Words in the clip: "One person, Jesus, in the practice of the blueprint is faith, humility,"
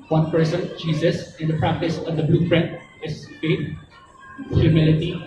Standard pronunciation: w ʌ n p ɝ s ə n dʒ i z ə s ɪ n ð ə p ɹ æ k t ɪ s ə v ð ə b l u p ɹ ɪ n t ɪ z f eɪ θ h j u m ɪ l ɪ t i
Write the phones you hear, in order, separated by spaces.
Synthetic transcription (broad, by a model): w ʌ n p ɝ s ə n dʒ i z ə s ɪ n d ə p ɹ æ k t ɪ s ə v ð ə b l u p ɹ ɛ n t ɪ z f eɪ t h j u m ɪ l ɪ t i